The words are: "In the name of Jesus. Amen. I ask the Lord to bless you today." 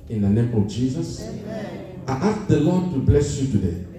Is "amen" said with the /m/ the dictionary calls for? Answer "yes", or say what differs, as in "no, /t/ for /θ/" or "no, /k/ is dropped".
no, /m/ is dropped